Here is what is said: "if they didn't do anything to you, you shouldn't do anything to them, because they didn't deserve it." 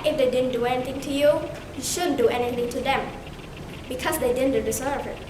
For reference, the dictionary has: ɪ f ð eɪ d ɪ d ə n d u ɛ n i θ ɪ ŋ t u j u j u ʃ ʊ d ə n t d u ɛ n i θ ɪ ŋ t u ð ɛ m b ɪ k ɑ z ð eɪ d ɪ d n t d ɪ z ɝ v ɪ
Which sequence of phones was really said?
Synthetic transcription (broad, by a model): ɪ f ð eɪ d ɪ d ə n d u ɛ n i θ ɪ ŋ t u j u j u ʃ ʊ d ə n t d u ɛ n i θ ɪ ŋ t u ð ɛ m b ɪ k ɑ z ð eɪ d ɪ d n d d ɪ s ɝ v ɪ